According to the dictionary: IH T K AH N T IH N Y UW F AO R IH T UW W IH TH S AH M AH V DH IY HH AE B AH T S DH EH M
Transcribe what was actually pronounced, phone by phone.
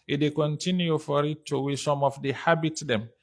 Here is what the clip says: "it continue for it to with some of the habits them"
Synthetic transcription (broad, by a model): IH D K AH N T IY N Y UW F AO R IH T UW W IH S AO M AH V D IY HH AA B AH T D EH M